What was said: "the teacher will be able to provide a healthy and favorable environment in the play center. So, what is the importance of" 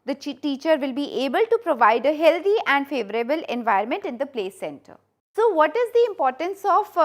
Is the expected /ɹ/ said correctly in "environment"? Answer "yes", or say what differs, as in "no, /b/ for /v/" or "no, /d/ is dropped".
no, /ɹ/ is dropped